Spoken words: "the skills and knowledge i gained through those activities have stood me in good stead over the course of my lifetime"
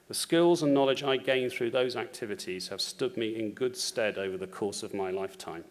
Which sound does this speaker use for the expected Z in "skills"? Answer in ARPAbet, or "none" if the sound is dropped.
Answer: Z